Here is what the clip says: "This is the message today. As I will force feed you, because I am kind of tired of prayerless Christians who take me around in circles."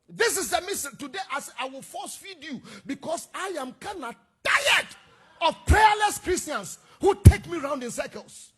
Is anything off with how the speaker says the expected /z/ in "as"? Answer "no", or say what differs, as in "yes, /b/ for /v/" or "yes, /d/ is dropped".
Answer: yes, /s/ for /z/